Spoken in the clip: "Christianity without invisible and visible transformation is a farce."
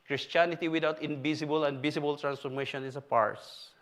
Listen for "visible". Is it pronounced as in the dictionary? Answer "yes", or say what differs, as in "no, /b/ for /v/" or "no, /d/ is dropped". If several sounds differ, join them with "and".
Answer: no, /s/ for /z/